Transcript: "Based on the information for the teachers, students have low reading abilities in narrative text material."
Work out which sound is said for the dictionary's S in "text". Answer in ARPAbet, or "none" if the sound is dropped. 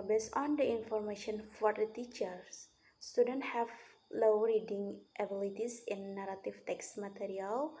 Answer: S